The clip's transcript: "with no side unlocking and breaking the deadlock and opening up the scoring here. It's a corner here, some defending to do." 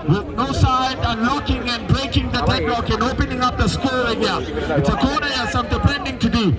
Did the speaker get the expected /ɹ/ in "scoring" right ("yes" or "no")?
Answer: no